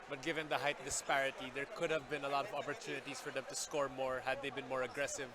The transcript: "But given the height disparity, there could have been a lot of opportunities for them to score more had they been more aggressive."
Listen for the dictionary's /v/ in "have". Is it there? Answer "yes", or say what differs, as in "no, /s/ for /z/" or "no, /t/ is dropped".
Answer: yes